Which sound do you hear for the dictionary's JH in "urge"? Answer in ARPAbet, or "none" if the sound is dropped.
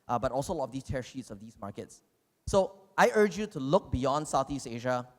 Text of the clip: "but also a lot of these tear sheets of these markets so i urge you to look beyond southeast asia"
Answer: JH